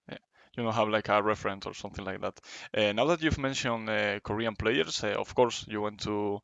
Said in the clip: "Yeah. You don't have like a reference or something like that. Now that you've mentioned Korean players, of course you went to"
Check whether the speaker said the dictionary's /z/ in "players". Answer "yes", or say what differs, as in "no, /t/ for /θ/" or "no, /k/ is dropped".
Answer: no, /s/ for /z/